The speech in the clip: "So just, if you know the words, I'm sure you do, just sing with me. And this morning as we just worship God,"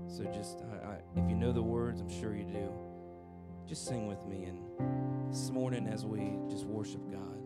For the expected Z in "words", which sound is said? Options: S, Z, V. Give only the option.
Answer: Z